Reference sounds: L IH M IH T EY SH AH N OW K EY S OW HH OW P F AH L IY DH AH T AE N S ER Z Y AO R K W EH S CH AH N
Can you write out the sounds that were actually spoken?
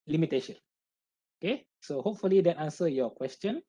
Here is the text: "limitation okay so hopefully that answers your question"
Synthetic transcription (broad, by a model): L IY M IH T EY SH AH N OW K EY S OW HH OW P F AH L IY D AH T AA N S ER Y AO K W EH S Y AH N